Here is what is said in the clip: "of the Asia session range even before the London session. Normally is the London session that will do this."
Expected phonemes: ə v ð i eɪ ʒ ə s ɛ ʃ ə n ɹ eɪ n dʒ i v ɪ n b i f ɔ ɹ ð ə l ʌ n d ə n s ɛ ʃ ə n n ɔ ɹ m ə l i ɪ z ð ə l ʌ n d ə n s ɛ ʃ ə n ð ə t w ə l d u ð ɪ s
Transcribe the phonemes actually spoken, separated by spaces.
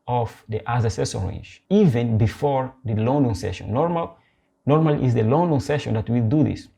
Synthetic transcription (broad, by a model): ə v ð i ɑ z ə s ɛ s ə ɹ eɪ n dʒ i v ɪ n b i f ɔ ɹ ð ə l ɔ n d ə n s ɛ ʃ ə n n ɔ ɹ m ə l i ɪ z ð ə l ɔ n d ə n s ɛ ʃ ə n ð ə t w ə l d u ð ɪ s